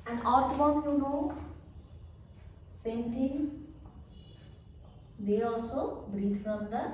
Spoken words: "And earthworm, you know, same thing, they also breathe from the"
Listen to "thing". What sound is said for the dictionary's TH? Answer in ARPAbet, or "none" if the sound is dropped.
T